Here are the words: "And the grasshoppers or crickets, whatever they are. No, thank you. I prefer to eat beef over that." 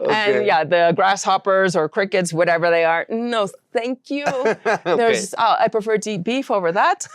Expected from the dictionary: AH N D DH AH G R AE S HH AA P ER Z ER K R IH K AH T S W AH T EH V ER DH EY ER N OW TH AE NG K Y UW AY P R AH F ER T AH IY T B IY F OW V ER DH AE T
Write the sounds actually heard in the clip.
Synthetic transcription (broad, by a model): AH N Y DH AH G R AE S HH AA P ER Z ER K R IH K AH T S W AH T EH V ER DH EY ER N OW TH AE NG K Y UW AY P R AH F ER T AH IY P B IY F OW V ER DH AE T